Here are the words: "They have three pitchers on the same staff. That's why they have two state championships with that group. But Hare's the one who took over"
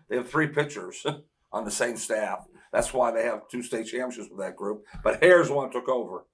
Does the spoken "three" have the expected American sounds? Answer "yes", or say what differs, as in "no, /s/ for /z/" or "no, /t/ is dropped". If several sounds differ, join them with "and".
yes